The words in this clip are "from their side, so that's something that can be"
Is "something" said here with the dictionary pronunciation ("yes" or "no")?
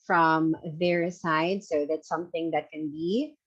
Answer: yes